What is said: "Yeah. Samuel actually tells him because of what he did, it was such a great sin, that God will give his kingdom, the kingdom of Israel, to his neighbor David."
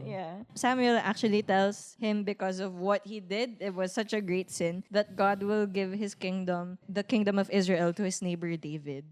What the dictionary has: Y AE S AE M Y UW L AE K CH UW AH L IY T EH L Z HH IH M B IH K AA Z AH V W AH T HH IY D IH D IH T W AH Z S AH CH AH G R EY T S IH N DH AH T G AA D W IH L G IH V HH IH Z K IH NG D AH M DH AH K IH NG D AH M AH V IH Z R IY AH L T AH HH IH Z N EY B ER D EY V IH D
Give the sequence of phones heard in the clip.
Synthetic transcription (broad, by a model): Y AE S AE M Y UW L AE K CH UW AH L IY T EH L S HH IH M B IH K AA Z AH V W AH T HH IY D IH D IH T W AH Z S AH CH AH G R EY T S IH N DH AH T G AA D W IH L G IH V HH IH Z K IH NG D AH M DH AH K IH NG D AH M AH V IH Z R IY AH L T AH HH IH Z N EY B ER D EY V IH D